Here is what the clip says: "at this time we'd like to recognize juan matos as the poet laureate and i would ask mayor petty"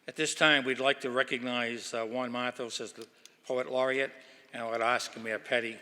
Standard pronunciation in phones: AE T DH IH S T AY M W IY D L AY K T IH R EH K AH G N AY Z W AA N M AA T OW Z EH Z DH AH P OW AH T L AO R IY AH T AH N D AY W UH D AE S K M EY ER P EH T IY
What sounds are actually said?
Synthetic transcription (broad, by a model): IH T DH IH S T AY M W IY D L AY K T IH R EH K AH G N AY Z W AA N M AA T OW S EH Z DH AH P OW AH T L AO R IY AH T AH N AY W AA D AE S K M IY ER P EH T IY